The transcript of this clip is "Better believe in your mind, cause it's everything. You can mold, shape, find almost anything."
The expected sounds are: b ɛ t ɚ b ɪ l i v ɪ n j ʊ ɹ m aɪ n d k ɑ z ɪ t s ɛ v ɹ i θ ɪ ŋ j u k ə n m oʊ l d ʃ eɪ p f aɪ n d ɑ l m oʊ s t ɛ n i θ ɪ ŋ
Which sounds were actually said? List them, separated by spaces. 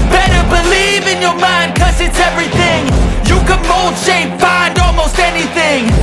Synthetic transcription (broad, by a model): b ɛ t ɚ b ɪ l i v ɪ n j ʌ ɹ m aɪ n d k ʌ z ɪ t s ɛ v ɹ i θ ɪ ŋ j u k ə n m oʊ l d ʃ eɪ p f aɪ n d ɑ l m oʊ s t ɛ n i θ ɪ ŋ